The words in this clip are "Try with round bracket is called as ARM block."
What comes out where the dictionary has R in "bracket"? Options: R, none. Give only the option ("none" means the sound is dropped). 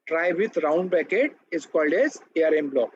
none